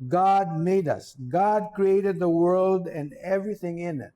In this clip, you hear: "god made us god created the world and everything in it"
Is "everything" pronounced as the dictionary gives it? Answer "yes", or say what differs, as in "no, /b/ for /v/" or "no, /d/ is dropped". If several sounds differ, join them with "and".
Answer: yes